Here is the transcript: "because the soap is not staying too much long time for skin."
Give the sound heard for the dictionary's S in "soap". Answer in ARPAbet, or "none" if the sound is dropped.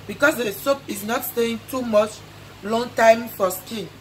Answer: S